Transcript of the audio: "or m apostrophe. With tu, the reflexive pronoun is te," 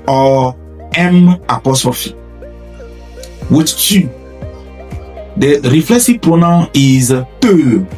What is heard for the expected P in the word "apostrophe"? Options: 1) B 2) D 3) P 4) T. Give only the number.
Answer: 3